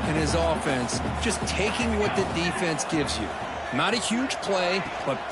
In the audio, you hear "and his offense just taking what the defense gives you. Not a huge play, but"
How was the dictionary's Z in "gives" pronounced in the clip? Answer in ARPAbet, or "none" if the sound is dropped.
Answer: Z